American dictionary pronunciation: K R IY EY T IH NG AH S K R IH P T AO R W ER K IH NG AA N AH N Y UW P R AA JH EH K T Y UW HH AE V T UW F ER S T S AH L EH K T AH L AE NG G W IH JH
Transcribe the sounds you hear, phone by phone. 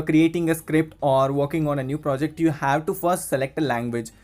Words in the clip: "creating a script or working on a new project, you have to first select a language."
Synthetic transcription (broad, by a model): K R IY EY T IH NG AH S K R IH P T AO R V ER K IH NG AA N AH N Y UW P R AA JH EH K T Y UW HH AE V T UW F ER S T S AH L EH K T AH L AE NG G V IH JH